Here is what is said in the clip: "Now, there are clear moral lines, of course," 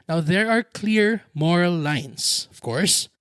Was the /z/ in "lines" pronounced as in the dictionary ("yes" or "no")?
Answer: no